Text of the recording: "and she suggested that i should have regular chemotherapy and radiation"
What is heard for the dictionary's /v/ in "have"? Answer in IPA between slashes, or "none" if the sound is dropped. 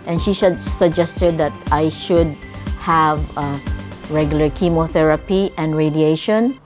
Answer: /v/